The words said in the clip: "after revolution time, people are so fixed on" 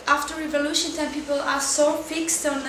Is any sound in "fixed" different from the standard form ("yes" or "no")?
no